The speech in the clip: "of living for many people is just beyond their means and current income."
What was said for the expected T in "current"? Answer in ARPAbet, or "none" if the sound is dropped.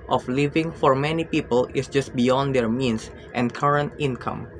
T